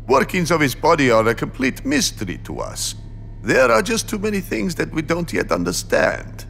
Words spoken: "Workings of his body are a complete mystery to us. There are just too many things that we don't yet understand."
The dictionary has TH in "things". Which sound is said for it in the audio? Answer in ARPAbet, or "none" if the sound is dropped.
TH